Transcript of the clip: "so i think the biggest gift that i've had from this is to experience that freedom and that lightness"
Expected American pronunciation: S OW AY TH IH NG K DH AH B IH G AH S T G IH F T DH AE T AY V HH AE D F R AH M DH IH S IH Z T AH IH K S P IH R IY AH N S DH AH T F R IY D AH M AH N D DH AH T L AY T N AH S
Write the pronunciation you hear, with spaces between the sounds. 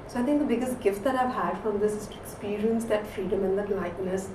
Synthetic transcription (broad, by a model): S OW AY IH NG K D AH B IH G AH S T G IH F T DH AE T AY V HH AE D F R AH M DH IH S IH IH K S P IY R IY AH N S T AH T F R IY D AH M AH N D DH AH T L AY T N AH S